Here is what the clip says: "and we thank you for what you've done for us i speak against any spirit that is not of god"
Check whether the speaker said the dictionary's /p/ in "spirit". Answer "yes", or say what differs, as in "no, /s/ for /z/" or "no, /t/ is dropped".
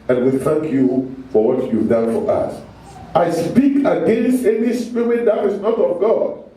yes